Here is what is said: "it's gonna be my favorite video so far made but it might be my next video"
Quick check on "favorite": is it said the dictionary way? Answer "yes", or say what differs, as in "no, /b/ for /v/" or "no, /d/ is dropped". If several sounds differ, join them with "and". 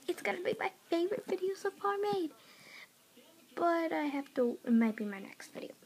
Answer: yes